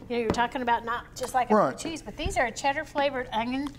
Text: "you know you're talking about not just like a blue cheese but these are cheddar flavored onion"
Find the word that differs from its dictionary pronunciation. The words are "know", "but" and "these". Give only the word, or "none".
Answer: none